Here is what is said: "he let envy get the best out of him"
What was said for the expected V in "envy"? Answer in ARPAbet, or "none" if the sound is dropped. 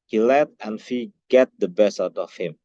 F